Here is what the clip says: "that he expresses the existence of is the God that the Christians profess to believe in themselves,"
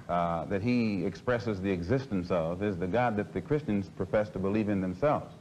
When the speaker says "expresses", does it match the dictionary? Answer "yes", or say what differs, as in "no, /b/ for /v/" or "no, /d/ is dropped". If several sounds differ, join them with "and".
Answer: yes